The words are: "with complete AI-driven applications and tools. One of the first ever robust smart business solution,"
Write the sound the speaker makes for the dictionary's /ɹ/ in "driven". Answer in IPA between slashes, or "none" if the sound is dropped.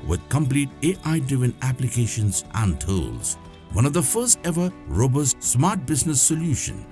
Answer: none